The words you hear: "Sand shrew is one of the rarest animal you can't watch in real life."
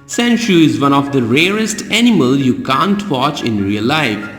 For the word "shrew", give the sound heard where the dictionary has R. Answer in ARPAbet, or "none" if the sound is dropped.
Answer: none